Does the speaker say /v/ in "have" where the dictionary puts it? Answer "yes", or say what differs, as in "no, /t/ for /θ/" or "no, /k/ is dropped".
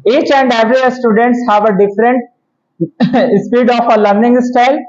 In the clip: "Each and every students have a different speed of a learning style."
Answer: yes